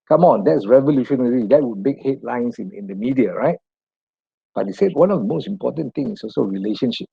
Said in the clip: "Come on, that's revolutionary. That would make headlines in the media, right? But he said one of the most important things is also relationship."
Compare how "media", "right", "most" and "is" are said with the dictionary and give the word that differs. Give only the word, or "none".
is